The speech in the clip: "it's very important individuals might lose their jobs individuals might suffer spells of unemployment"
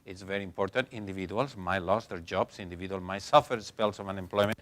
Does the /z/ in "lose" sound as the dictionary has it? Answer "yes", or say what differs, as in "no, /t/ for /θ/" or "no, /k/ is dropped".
no, /s/ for /z/